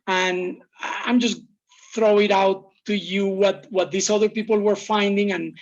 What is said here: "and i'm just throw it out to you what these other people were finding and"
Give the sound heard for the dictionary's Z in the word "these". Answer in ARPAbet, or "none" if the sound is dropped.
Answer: S